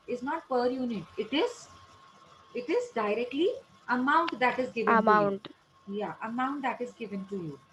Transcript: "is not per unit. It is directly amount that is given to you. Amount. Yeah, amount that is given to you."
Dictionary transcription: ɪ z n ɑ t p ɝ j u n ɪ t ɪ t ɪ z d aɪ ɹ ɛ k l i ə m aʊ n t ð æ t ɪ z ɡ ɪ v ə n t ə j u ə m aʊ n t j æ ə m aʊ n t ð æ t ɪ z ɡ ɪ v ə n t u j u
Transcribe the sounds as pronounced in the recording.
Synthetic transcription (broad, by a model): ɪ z n ɑ t p ɝ j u n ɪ t ɪ t ɪ z d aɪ ɹ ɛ k l i ə m aʊ n t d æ t ɪ z ɡ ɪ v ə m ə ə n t j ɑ ə m aʊ n t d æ t ɪ z ɡ ɪ v ə n t u j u